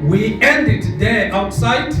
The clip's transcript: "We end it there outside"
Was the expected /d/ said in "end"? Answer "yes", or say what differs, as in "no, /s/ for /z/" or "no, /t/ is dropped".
yes